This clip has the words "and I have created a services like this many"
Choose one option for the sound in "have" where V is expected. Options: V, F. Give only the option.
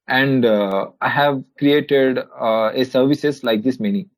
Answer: V